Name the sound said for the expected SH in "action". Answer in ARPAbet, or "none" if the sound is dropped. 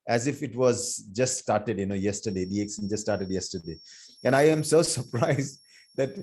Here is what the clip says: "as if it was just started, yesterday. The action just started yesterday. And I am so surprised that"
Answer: S